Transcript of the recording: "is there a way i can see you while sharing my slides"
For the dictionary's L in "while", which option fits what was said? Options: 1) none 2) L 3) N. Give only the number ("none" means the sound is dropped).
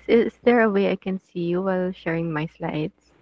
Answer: 2